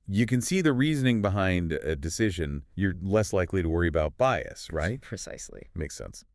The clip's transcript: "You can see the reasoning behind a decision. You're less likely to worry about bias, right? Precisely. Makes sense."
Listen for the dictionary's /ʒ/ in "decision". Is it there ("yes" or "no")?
yes